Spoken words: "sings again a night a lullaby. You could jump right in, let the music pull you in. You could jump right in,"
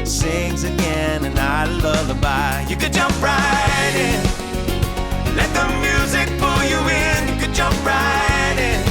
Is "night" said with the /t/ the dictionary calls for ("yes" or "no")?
no